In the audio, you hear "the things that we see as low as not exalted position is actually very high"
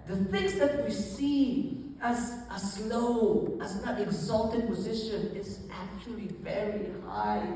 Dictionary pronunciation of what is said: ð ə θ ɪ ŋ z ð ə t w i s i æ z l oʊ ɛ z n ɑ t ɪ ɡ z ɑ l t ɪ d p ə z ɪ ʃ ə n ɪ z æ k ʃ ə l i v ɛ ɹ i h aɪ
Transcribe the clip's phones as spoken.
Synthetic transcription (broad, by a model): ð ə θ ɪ ŋ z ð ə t w i s i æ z l oʊ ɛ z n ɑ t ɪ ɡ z ɑ l t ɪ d p ə z ɪ ʃ ə n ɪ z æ k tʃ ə l i v ɛ ɹ i h aɪ